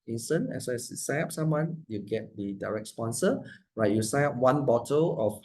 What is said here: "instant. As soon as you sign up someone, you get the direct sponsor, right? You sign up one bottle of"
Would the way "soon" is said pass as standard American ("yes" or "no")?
no